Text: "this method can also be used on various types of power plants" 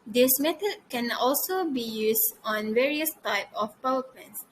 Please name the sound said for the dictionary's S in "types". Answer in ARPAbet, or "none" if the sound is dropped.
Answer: none